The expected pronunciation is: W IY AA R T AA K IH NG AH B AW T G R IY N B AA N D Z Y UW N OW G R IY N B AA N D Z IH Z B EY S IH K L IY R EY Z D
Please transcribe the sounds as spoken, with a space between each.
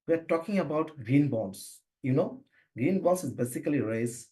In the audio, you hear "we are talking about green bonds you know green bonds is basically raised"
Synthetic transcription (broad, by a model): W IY AA R T AA K IH NG AH B AW T G R IY N B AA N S Y UW N OW G R IY N B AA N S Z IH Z B EY S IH K L IY R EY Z